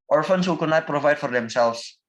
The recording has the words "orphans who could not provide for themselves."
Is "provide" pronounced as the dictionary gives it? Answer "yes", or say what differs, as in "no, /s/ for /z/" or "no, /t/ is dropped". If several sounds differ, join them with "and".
yes